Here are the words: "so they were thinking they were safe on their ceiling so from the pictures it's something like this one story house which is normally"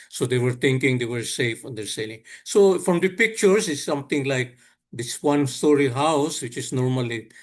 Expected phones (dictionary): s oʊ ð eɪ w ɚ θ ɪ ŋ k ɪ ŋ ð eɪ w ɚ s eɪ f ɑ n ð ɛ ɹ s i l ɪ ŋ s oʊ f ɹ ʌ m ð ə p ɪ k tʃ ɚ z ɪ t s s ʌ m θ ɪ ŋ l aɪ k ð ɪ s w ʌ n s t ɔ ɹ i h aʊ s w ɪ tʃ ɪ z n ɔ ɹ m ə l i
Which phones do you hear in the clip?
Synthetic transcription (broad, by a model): s oʊ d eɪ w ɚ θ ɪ ŋ k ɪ ŋ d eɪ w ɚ s eɪ f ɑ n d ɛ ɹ s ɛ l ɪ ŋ s oʊ f ɹ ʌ m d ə p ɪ k tʃ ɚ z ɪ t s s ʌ m t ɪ ŋ l aɪ k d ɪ s w ʌ n s t ɔ ɹ i h aʊ s w ɪ tʃ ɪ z n ɔ ɹ m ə l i